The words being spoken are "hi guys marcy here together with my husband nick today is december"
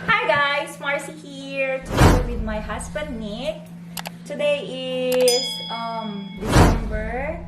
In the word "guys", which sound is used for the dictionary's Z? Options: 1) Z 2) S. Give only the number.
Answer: 2